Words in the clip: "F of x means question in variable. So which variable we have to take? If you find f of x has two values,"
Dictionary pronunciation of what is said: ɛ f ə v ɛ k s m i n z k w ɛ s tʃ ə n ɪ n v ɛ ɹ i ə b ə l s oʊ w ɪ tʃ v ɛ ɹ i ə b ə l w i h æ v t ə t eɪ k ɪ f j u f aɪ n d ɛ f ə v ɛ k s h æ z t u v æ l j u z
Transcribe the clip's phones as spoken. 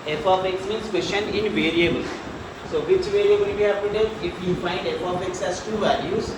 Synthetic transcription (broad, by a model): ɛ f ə p ɛ k s m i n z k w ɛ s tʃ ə n ɪ n v ɛ ɹ i ə b ə l s oʊ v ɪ tʃ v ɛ ɹ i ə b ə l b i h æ p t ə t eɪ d ɪ f j u f aɪ n d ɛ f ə p ɛ k s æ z t u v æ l j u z